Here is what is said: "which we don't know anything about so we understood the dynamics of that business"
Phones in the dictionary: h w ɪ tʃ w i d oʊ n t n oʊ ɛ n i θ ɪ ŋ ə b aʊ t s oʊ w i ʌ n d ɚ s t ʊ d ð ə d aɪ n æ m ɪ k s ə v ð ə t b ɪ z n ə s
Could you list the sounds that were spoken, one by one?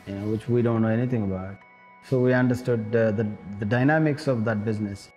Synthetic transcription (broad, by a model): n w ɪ tʃ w i d oʊ n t n oʊ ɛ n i t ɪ ŋ ə b aʊ t s oʊ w i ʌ n d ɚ s t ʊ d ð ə d aɪ n æ m ɪ k s ə v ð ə t b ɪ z n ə s